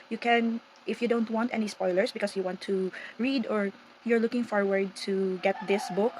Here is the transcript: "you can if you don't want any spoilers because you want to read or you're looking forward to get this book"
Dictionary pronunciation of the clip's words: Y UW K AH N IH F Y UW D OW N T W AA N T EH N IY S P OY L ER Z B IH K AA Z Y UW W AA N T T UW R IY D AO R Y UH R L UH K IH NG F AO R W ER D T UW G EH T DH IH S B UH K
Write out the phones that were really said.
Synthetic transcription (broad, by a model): Y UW K AH N IH F Y UW D OW N T W AA N T EH N IY S P OY L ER S B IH K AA S Y UW W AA N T T UW R IY D AO R Y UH R L UH K IH NG F AO R W ER D T UW G EH T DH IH S B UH K